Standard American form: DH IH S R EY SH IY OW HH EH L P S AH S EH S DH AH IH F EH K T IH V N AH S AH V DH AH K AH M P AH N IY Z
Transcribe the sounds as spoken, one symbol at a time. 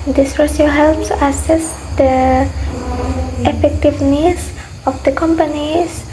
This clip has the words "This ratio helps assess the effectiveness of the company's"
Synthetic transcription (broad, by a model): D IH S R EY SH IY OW HH EH L P S AH S EH S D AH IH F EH K T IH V N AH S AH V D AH K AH M P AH N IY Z